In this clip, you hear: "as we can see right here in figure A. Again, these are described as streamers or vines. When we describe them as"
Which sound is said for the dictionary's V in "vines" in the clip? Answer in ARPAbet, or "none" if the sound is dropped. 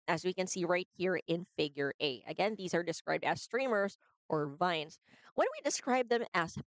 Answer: V